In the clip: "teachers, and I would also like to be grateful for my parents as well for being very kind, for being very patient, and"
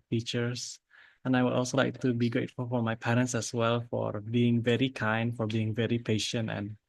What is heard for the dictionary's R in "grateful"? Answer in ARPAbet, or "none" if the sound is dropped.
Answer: none